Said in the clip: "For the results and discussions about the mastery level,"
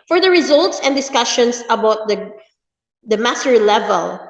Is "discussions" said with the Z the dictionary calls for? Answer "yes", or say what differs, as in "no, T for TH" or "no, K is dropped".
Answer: no, S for Z